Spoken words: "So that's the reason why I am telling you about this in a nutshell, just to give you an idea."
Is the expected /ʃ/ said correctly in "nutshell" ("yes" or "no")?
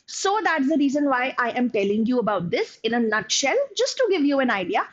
yes